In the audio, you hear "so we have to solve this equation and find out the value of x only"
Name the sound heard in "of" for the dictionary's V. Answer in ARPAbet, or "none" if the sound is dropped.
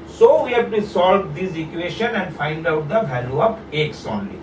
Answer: P